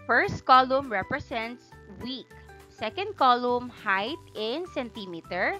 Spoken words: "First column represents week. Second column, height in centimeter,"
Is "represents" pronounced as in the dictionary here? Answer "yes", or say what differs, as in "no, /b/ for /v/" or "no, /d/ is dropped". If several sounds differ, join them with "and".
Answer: no, /s/ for /z/